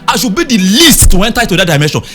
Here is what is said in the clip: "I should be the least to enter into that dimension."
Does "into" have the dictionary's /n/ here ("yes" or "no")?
no